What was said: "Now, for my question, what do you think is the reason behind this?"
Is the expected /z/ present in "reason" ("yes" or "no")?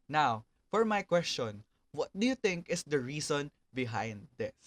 no